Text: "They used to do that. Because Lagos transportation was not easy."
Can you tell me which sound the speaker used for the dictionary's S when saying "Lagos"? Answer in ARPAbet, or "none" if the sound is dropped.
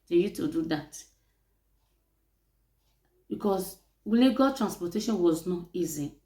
none